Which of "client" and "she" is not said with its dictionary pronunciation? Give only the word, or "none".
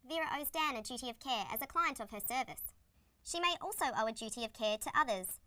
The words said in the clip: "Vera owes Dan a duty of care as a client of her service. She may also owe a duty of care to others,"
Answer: none